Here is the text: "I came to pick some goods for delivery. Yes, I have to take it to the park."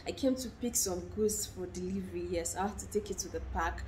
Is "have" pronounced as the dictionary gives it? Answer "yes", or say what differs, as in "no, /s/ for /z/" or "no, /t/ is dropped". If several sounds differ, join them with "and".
no, /f/ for /v/